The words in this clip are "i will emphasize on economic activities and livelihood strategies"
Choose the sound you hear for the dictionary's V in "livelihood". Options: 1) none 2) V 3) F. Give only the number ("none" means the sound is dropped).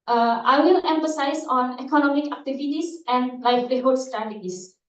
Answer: 3